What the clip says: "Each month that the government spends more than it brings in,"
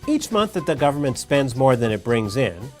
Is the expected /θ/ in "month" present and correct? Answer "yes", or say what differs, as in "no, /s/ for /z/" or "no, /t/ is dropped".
yes